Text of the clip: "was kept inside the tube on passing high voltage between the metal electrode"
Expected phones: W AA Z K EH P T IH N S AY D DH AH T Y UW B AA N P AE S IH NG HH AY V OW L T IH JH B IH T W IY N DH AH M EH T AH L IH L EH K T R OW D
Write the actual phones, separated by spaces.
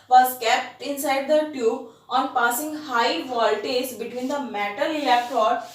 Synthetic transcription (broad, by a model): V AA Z K EH P T IH N S AY D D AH T Y UW B AA N P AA S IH NG HH AY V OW L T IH Z B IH T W IY N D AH M EH T AH L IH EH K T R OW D